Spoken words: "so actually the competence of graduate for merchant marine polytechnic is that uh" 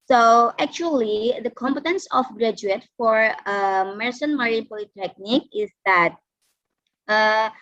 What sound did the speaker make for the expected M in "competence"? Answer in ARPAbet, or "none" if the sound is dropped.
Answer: M